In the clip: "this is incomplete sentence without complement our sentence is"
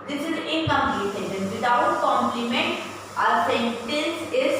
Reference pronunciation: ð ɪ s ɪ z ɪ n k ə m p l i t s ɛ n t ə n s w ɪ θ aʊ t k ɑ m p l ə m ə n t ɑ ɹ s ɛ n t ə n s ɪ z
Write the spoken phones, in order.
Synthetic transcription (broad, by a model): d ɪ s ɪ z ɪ k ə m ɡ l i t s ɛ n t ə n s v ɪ t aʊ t k ɑ m p l ə m ə n t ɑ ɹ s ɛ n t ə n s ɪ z